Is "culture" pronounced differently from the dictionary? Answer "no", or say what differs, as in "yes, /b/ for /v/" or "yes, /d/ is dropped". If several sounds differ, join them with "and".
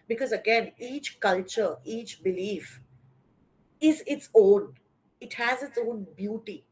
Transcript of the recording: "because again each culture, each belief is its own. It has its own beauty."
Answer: no